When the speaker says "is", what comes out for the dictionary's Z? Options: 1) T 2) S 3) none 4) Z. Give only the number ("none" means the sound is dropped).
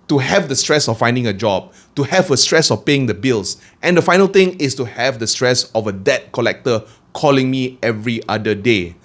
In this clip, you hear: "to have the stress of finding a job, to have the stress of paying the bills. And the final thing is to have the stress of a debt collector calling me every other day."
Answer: 2